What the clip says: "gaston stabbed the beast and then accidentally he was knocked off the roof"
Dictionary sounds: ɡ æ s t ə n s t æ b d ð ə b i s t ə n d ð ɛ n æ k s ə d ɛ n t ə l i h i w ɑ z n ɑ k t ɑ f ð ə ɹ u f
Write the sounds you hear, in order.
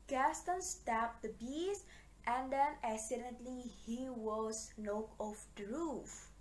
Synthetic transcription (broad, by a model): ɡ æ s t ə n s t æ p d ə b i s t ə n d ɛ n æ s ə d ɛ n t l i h i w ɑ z n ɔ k ɑ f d ɹ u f